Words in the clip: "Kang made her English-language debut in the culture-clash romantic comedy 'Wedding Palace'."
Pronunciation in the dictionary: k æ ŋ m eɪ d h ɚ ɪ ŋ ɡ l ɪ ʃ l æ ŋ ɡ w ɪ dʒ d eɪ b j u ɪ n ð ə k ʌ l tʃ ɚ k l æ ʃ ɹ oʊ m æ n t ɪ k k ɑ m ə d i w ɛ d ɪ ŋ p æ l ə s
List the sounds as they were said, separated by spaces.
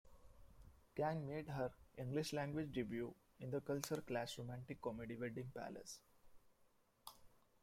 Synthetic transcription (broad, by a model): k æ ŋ m eɪ d h ɚ ɪ ŋ ɡ l ɪ ʃ l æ ŋ ɡ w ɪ dʒ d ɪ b j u ɪ n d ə k ʌ l tʃ ɚ k l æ s ɹ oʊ m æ n t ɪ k k ɑ m ə d i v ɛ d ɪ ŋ p æ l ə s